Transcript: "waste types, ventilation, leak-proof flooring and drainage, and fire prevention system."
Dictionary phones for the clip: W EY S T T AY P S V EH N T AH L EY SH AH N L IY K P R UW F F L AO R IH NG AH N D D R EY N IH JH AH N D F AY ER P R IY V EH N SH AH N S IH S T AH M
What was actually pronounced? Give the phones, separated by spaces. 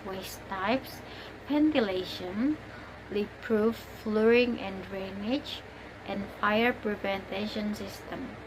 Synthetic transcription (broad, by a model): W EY S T T AY P S P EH N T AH L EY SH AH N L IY P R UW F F L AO R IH NG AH N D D R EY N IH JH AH N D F AY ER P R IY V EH N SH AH N S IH S T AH M